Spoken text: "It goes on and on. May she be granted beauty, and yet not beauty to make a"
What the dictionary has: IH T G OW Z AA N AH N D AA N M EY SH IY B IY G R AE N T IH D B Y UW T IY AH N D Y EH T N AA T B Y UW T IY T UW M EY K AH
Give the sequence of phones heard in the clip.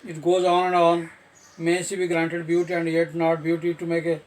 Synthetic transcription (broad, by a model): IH T G OW Z AA N AH N D AA N M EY S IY B IY G R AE N T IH D B Y UW T IY AH N D Y EH T N AA T B Y UW T IY T UW M EY K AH